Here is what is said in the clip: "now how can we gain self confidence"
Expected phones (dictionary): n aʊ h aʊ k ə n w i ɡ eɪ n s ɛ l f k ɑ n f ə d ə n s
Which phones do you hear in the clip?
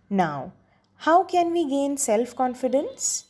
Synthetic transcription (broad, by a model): n aʊ h aʊ k ə n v i ɡ eɪ n s ɛ l f k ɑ n f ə d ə n s